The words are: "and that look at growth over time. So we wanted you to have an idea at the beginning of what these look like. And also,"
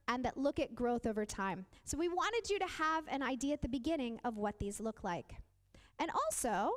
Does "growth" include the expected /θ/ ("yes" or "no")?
yes